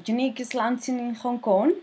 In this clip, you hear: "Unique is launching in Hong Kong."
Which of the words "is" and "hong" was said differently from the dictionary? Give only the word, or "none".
is